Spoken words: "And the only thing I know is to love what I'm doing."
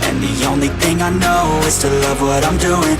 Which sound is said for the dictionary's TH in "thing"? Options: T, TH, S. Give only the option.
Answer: TH